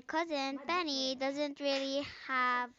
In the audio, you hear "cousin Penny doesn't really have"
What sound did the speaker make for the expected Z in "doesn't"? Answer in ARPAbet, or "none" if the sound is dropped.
Z